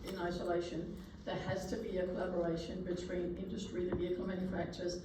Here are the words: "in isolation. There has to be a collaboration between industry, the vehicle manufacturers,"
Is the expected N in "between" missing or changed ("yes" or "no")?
no